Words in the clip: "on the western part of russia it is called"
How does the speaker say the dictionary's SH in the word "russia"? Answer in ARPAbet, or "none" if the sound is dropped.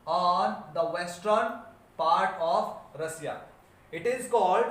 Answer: S